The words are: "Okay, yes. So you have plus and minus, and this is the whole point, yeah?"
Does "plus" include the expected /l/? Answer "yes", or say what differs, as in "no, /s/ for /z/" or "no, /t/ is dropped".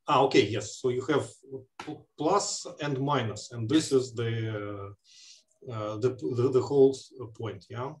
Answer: yes